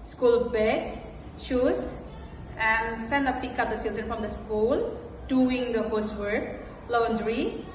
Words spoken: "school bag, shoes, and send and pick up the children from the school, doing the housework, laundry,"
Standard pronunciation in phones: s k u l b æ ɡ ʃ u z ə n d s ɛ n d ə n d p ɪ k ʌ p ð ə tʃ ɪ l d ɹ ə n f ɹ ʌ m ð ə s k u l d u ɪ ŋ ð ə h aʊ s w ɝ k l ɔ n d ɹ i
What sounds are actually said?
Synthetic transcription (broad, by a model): s k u l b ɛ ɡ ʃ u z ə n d s ɛ n d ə p ɪ k ʌ p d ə s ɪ l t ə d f ɹ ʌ m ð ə s k u l d u ɪ ŋ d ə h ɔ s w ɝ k l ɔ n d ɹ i